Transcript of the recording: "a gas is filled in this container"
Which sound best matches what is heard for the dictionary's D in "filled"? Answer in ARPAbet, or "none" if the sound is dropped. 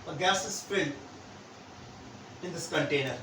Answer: none